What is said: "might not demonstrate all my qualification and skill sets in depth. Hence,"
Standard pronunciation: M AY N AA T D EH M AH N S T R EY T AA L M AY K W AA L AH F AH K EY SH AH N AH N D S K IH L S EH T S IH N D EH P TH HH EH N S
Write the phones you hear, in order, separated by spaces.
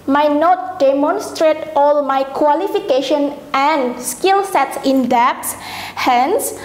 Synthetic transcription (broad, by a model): M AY N AA T D EH M AH N S T R EY T AA L M AY K W AA L AH F AH K EY SH AH N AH N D S K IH L S EH T S IH N D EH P S HH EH N S